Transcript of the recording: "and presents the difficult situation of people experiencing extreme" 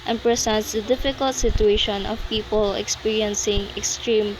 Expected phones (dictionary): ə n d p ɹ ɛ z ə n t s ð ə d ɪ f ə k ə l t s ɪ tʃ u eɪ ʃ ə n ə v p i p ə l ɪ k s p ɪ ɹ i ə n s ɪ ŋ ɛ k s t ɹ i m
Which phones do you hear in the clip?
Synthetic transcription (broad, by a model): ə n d p ɹ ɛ s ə n t s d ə d ɪ f ə k ə l t s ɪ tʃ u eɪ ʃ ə n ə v p i p ə l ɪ k s p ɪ ɹ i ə n s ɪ ŋ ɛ k s t ɹ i m